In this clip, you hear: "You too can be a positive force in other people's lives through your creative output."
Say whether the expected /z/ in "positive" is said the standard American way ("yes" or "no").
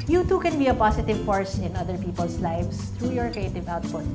no